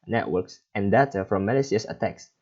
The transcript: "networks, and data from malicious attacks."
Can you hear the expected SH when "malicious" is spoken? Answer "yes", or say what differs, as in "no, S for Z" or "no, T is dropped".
no, S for SH